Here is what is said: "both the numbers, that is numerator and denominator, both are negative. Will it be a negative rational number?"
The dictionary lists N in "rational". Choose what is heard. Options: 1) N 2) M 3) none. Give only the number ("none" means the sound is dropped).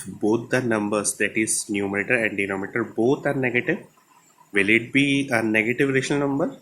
3